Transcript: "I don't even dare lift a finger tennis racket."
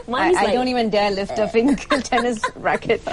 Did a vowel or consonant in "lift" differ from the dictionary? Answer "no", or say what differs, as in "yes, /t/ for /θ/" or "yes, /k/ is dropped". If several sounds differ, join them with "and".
no